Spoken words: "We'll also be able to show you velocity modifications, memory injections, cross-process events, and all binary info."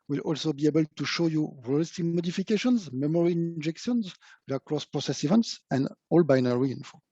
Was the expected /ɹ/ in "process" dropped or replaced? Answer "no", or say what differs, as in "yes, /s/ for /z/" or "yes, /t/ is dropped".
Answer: no